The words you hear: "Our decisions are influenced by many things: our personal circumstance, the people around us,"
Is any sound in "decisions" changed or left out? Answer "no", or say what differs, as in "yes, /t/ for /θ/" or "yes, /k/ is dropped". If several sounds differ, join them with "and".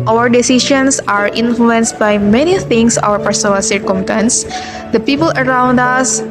yes, /ʃ/ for /ʒ/ and /s/ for /z/